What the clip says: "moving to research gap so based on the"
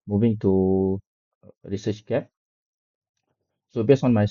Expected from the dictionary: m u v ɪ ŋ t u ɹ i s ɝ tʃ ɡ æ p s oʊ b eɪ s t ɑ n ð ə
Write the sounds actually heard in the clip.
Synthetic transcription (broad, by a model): m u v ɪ ŋ t u ɹ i s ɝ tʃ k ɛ s oʊ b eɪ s ɑ n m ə